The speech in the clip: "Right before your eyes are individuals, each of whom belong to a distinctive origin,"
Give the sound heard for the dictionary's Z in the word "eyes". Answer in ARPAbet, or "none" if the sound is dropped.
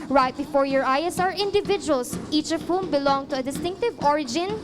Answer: S